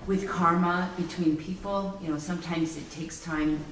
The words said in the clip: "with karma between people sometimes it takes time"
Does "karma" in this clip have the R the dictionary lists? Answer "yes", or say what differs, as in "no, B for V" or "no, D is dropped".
yes